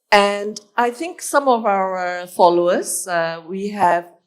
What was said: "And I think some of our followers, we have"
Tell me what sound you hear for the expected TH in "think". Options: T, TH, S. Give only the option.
TH